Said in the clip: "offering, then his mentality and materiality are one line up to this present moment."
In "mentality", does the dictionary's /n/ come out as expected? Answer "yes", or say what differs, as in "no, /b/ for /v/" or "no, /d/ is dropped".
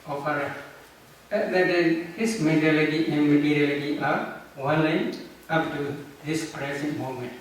no, /n/ is dropped